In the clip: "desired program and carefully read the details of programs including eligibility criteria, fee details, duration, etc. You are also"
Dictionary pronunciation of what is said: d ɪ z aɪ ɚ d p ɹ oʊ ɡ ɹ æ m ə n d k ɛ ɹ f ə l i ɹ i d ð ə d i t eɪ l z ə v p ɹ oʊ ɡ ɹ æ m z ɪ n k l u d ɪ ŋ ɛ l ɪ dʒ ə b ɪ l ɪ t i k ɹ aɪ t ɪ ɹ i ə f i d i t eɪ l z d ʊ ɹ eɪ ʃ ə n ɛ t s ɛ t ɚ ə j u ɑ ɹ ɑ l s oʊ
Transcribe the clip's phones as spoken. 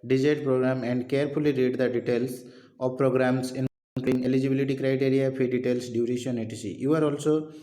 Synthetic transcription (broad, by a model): d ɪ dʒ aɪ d p ɹ oʊ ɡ ɹ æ m ə n d k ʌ ɹ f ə l i ɹ i d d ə d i t eɪ l s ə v p ɹ oʊ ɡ ɹ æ m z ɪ n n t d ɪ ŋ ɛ l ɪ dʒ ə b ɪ l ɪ t i k ɹ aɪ t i ɹ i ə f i d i t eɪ l s d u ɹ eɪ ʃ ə n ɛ t i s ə j u ɑ ɹ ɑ l s oʊ